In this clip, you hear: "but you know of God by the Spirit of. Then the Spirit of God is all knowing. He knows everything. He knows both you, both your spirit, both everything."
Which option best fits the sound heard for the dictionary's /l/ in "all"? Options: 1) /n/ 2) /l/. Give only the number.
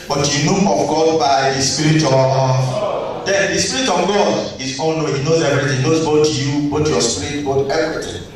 1